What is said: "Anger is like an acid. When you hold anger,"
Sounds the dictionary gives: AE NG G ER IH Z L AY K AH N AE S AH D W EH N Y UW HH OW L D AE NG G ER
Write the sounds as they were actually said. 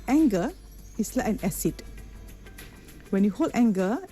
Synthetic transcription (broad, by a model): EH NG G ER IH S L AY AH N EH S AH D W EH N Y UW HH OW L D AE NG G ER